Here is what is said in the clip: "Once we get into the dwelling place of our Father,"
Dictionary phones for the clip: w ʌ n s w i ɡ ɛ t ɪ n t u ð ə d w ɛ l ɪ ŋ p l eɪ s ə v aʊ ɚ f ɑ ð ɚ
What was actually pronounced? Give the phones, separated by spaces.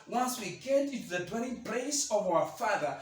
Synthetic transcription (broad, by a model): w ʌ n s w i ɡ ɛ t ɪ n t u ð ə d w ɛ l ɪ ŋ p l eɪ s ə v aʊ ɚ f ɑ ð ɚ